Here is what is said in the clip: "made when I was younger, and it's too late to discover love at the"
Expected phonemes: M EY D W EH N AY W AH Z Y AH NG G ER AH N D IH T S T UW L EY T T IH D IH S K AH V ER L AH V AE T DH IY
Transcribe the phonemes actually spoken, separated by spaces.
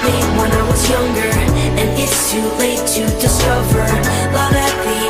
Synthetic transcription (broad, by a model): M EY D W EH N AY W AH Z Y AH NG G ER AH N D IH T S T UW L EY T T IH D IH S AH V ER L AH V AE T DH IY